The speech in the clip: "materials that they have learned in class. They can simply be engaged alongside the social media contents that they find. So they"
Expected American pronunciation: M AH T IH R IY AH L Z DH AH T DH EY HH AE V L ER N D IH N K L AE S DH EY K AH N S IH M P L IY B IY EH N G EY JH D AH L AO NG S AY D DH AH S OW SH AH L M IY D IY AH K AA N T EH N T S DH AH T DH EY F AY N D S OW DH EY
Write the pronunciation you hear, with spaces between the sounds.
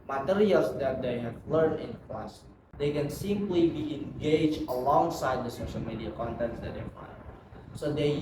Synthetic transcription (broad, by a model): M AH T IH R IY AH L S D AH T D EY HH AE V L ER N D IH N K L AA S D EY K AH N S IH M P L IY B IY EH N G EY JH AH L AO NG S AY D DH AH S OW SH AH L M IY D IY AH K AA N T EH N T S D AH T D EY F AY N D S OW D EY